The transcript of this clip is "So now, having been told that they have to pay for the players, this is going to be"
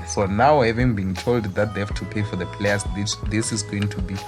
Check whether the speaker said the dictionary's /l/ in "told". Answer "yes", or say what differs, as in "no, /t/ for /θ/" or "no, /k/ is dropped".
yes